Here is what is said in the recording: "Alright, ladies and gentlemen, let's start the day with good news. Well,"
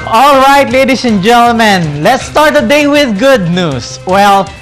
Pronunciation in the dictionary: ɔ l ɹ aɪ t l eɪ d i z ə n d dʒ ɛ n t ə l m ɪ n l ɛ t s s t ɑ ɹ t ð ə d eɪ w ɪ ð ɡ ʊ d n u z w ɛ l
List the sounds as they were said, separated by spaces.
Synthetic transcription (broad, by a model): ɔ l ɹ aɪ t l eɪ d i s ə n dʒ ɛ n t ə l m ɪ n l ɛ t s s t ɑ ɹ t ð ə d eɪ w ɪ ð ɡ ʊ d n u s w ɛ l